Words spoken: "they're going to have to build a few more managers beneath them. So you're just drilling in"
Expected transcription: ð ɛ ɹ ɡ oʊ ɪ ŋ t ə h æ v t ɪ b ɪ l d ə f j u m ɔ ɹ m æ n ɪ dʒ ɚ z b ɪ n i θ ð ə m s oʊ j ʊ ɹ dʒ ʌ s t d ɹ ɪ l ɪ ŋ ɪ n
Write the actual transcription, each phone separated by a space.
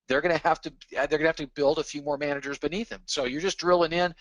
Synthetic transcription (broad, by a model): ð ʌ ɹ ɡ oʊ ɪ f t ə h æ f t ɪ b ɪ l d ə f j u m ɔ ɹ m æ n ɪ dʒ ɚ z b ɪ n i θ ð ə m s oʊ j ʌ ɹ dʒ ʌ s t d ɹ ɪ l ɪ ŋ ɪ n